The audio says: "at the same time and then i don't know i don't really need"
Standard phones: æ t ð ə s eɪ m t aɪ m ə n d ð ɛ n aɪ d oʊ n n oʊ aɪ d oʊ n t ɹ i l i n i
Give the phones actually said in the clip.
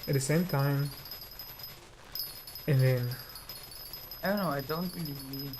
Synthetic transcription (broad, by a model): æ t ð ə s eɪ m t aɪ m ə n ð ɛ n aɪ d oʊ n n oʊ aɪ d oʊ n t l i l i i